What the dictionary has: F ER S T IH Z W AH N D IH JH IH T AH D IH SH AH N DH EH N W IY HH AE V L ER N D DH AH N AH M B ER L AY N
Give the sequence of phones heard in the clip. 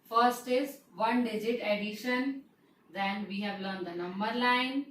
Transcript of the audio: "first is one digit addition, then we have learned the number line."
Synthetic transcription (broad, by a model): F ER S T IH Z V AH N D IH JH IH T AH D IH SH AH N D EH N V IY HH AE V L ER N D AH N AH M B ER L AY N